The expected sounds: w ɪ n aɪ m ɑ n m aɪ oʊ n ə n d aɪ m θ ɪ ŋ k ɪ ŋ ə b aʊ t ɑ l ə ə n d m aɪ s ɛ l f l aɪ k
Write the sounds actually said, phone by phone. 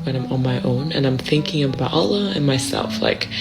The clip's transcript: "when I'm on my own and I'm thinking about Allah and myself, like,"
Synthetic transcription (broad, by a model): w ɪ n aɪ m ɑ n m aɪ oʊ n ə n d aɪ m θ ɪ ŋ k ɪ ŋ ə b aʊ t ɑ l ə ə n m aɪ s ɛ l f l aɪ k